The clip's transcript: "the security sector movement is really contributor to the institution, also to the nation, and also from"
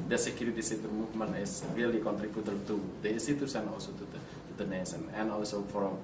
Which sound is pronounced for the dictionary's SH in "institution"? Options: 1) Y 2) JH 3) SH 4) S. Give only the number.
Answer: 4